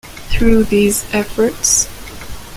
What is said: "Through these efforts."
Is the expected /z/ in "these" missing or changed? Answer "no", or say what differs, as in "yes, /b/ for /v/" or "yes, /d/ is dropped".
no